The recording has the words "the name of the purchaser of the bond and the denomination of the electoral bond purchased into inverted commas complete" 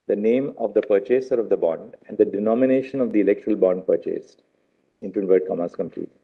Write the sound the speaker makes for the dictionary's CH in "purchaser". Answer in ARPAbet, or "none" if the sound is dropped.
CH